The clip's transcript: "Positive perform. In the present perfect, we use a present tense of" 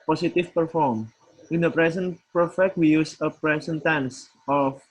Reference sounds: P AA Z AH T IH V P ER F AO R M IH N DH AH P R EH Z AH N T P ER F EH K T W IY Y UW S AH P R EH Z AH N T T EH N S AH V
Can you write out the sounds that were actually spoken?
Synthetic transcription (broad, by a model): P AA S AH T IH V P ER F AO R M IH N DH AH P R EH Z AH N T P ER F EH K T W IY Y UW S AH P R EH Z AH N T T EH N S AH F